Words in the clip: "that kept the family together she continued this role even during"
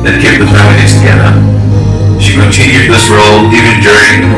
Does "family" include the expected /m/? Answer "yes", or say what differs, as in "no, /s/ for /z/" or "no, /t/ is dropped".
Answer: no, /m/ is dropped